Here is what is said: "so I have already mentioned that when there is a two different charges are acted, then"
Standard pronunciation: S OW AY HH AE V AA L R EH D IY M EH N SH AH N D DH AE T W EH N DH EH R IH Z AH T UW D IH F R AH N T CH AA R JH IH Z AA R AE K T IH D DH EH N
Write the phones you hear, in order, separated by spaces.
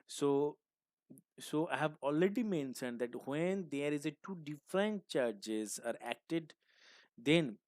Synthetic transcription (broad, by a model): S OW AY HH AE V AA L R EH D IY M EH N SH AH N D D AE T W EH N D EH R IH Z AH T UW D IH F R AH N T CH AA R JH IH Z AA R AE K T IH D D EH N